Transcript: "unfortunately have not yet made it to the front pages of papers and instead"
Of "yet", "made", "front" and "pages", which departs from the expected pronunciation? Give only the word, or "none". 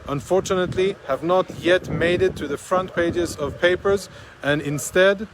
none